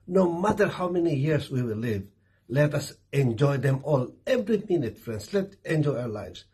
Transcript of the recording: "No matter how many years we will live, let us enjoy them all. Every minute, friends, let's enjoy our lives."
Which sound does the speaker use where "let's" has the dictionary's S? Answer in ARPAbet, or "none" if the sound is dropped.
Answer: none